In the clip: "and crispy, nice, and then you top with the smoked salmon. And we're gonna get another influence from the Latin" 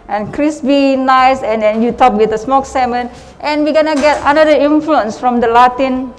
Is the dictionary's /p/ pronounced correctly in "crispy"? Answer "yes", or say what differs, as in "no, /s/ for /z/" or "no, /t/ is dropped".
no, /b/ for /p/